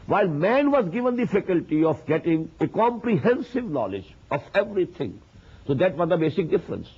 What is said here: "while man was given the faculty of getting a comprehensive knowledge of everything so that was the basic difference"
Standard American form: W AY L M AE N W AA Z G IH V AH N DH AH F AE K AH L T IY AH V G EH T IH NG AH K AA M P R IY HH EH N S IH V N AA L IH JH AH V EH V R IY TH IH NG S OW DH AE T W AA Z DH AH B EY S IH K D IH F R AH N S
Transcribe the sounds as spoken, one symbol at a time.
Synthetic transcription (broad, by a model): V AY L M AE N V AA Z G IH V AH N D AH F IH K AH L T IY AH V G EH T IH NG AH K AA M P R IY HH EH N S IH V N AA L IH JH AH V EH V R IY T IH NG S OW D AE T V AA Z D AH B EY S IH K D IH F R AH N S